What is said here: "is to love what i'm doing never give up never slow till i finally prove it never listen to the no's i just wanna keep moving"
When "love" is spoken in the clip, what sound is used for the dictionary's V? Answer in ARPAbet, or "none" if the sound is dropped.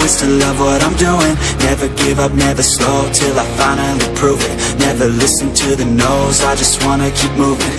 V